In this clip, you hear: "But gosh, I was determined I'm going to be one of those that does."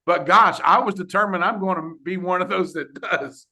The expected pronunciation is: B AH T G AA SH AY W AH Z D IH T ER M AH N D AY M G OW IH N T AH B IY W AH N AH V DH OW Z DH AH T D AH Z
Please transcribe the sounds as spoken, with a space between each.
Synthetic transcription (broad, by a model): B AH T G AA SH AY W AH Z D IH T ER M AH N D AY M G OW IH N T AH B IY W AH N AH V DH OW Z DH AH T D AH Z